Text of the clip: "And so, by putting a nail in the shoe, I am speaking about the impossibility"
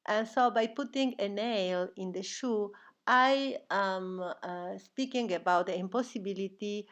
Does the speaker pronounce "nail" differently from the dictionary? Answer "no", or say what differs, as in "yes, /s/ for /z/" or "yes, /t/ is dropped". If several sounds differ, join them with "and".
no